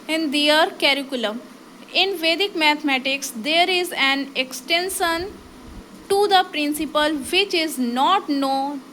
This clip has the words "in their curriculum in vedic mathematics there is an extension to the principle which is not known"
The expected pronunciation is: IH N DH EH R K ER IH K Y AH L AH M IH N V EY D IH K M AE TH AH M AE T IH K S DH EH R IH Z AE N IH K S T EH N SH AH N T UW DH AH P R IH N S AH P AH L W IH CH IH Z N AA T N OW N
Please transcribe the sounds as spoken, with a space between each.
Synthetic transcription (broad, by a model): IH N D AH R K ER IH K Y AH L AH M IH N V EY D IH K M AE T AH M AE T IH K S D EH R IH Z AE N IH K S T EH N SH AH N T UW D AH P R IH N S AH P AH L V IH CH IH Z N AA T N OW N